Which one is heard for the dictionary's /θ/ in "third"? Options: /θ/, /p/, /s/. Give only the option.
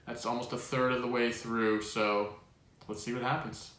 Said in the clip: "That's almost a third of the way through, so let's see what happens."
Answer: /θ/